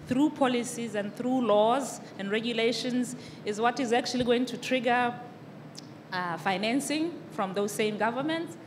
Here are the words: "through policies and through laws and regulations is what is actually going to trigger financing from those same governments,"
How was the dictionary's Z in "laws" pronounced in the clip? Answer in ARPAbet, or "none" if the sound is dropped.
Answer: Z